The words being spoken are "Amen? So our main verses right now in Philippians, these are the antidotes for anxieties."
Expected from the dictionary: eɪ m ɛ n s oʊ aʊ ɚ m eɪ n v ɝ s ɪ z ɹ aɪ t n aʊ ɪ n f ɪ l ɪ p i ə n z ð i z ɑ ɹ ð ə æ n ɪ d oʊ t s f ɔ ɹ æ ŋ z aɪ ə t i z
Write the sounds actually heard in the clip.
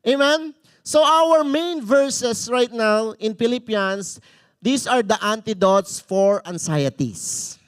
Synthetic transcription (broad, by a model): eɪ m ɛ n s oʊ aʊ ɚ m eɪ n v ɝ s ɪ s ɹ aɪ t n aʊ ɪ n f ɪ l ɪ p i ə n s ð i s ɑ ɹ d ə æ n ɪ d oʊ t s f ɔ ɹ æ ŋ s aɪ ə t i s